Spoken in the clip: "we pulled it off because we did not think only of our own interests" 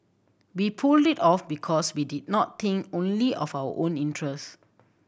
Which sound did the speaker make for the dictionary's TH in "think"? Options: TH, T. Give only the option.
T